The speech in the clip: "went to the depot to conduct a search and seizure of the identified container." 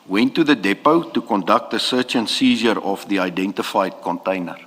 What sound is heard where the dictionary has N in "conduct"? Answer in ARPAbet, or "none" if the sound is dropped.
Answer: N